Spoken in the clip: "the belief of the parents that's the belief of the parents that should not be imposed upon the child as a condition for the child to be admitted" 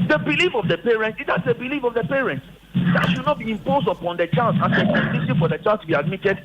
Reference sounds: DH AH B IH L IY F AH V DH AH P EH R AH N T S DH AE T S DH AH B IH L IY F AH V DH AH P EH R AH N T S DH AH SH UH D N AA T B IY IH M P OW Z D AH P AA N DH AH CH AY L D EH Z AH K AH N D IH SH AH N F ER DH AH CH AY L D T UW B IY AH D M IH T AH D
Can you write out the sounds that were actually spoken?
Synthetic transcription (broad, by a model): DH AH B IH L IY F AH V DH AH P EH R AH N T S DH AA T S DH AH B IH L IY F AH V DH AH P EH R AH N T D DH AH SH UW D N AA T B IY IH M P OW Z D AH P AA N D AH CH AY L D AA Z AH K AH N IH S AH F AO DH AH CH AY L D T UW B IY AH D M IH T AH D